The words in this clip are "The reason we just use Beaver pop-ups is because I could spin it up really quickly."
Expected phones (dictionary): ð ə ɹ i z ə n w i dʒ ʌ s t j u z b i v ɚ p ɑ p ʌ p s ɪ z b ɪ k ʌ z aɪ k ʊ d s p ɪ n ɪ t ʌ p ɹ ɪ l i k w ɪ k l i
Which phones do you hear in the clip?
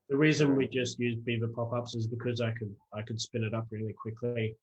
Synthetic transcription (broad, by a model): ð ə ɹ i z ə n w i dʒ ʌ s t j u z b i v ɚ p ɑ p ʌ p s ɪ z b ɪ k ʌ z aɪ k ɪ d s p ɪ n ɪ t ʌ p ɹ ɪ l i k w ɪ k l i